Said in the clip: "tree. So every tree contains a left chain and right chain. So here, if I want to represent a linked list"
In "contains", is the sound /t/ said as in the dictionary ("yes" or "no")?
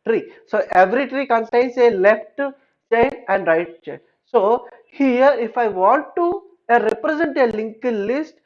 no